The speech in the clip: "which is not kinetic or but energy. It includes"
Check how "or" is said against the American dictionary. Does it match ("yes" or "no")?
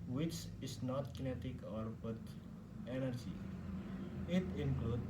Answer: yes